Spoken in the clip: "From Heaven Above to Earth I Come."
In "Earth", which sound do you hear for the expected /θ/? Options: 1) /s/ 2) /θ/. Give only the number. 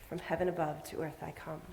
2